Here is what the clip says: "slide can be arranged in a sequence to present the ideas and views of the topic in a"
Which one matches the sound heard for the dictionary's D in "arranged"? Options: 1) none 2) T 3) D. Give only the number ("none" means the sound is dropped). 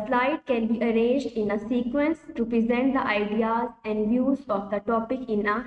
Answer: 3